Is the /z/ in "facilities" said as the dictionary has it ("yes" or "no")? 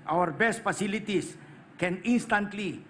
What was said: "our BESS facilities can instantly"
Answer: no